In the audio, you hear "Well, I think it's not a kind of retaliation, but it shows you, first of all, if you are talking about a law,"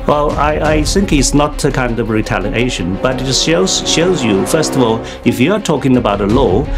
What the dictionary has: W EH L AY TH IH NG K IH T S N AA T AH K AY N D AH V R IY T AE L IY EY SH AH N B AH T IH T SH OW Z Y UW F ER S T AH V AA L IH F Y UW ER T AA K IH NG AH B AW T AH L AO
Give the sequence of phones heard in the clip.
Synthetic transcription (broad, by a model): W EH L AY TH IH NG K IH T S N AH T AH K AY N D AH V R IY T AE L IY EY SH AH N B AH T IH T SH OW Z Y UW F ER S T AH V AA L IH F Y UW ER T AA K IH NG AH B AW T AH L AO